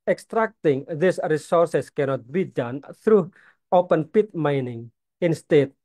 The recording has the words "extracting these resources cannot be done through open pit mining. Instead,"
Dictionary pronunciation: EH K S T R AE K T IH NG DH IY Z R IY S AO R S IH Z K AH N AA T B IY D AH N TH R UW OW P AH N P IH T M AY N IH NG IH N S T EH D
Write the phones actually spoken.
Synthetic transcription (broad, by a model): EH K S T R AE K T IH NG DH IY S R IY S AO R S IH S K AH N AA T B IY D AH N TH R UW OW P AH N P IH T M AY N IH NG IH N S T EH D